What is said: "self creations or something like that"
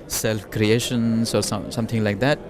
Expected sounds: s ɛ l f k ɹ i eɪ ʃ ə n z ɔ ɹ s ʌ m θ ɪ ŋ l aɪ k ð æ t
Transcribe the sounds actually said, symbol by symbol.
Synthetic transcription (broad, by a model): s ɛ l f k ɹ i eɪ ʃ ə n s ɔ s s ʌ m t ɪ ŋ l aɪ k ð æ t